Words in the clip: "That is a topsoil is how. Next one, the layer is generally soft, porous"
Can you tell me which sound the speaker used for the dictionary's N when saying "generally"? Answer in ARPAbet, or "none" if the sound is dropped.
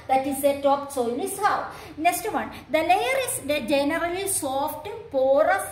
N